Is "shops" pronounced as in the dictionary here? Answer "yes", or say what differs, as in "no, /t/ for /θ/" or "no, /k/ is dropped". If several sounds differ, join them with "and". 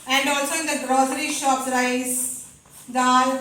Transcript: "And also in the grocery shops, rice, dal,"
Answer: no, /s/ is dropped